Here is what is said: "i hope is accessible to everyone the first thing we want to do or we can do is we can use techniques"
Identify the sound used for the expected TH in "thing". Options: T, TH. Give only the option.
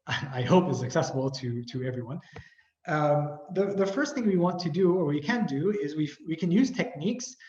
TH